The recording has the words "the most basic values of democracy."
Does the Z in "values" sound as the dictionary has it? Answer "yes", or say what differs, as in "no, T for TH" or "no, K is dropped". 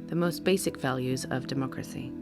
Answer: yes